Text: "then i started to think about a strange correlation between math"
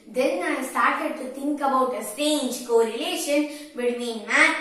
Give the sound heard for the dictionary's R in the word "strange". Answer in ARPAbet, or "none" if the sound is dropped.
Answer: none